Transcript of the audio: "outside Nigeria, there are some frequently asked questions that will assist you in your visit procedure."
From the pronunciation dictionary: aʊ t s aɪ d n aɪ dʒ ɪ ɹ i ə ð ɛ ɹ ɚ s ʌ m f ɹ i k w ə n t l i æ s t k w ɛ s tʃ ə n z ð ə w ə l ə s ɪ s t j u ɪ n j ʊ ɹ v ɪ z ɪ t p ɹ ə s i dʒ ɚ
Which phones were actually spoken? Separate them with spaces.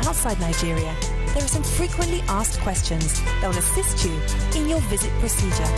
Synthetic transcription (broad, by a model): aʊ t s aɪ d n aɪ dʒ ɪ ɹ i ə ð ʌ ɹ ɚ s ʌ m f ɹ i k w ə n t l i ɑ s k w ɛ s tʃ ə n z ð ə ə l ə s ɪ s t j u ɪ n j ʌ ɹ v ɪ z ɪ t p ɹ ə s i dʒ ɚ